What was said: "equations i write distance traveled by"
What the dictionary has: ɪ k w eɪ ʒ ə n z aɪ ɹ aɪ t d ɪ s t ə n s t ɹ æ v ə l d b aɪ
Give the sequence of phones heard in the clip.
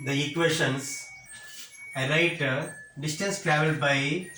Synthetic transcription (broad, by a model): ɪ k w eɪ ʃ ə n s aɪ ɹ aɪ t d ɪ s t ə n s t ɹ æ v ə l d b aɪ